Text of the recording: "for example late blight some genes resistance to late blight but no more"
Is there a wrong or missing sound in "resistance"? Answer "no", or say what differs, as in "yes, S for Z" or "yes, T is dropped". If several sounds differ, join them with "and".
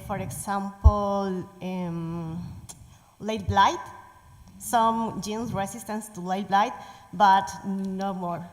yes, S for Z